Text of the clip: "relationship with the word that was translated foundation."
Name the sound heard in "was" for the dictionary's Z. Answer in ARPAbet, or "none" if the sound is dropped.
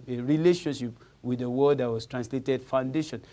S